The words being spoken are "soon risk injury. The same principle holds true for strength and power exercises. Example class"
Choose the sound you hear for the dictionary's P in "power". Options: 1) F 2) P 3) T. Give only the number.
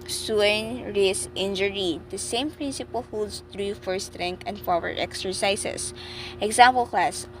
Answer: 1